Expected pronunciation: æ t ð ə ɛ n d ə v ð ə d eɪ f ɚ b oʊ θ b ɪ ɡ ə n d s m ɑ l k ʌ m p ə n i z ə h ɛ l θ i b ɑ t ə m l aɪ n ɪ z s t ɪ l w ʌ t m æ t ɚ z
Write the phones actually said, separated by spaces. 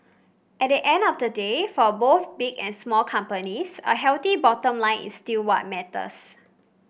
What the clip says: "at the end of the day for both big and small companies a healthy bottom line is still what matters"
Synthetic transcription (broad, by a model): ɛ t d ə ɛ n d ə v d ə d eɪ f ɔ b oʊ θ b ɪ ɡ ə n s m ɑ l k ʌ m p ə n i s ə h ɛ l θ i b ɑ t ə m l aɪ n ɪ s t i l w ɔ t m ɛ t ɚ s